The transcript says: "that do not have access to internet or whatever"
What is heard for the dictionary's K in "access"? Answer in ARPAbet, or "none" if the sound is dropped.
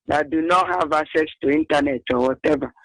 none